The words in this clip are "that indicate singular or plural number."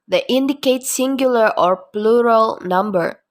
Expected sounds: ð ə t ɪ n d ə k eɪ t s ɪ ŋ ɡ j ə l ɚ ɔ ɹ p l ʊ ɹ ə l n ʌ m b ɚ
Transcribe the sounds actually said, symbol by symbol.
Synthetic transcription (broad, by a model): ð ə t ɪ n d ə k eɪ t s ɪ ŋ ɡ j ə l ɚ ɔ ɹ p l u ɹ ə l n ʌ m b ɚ